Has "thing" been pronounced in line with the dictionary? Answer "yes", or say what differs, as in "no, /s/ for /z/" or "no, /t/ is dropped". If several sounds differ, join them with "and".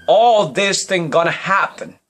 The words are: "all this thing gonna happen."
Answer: yes